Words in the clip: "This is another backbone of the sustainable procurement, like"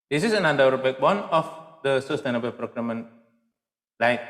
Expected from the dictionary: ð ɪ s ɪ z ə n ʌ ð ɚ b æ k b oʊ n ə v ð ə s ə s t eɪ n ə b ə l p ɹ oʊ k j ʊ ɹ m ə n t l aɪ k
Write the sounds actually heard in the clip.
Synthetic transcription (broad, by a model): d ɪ s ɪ s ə n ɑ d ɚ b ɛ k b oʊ n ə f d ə s ə s t eɪ n ə b ə l p ɹ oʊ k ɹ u m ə n l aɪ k